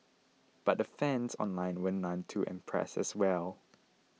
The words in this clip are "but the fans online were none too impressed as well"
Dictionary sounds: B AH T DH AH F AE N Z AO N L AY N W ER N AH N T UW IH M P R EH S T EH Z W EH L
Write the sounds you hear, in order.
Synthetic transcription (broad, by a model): B AH T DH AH F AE N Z AO N L AY N W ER N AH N T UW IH M P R EH S EH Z W EH L